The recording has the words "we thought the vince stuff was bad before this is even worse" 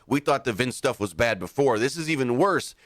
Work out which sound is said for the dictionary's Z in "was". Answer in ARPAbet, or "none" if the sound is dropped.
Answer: Z